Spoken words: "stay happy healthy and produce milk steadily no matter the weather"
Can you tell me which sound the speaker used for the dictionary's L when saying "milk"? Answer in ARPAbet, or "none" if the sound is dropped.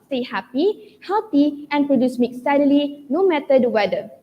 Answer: none